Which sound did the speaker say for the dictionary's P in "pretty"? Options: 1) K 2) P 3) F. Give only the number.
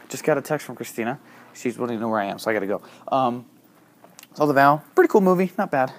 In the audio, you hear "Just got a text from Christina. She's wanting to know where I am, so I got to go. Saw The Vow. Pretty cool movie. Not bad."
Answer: 2